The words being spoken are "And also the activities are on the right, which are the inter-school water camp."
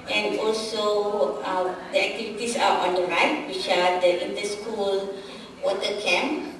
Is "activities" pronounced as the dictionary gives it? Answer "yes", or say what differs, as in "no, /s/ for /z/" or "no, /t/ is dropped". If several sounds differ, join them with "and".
no, /s/ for /z/